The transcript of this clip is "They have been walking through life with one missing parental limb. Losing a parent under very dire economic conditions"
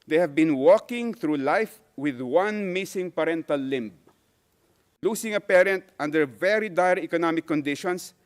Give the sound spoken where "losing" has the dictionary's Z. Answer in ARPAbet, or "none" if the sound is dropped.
S